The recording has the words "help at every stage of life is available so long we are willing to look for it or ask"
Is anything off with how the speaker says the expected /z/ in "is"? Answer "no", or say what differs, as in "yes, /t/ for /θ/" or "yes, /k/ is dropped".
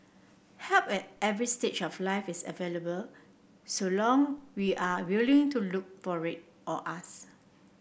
yes, /s/ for /z/